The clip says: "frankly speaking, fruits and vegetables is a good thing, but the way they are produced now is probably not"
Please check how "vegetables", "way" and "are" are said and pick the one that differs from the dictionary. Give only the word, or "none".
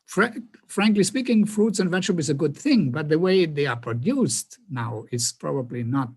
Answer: vegetables